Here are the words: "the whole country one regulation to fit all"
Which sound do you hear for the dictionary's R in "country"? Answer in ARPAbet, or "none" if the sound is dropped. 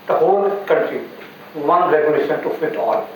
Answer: none